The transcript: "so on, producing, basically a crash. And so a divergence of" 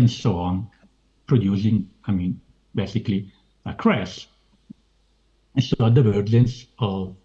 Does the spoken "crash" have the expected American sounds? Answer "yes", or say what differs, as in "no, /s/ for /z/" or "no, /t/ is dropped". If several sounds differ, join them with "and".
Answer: no, /s/ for /ʃ/